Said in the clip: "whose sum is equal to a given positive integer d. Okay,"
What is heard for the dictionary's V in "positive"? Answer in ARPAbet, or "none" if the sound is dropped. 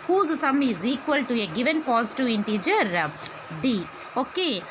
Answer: none